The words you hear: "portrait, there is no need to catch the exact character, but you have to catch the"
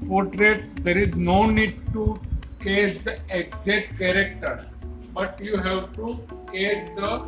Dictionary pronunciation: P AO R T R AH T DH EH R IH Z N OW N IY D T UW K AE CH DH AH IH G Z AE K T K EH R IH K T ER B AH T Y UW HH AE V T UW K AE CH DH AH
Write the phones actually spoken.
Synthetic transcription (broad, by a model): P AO R T R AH T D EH R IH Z N OW N IY D T UW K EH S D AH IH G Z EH T K EH R IH K T ER B AH T Y UW HH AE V T UW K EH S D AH